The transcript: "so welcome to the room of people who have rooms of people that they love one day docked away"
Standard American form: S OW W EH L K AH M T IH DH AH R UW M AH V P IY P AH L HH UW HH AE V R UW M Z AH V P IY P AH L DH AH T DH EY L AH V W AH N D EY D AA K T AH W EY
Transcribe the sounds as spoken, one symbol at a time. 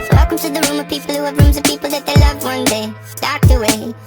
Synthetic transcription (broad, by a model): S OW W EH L K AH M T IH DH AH R UW M AH V P IY P AH L HH UW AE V R UW M Z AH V P IY P AH L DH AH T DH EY L AH V W AH N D EY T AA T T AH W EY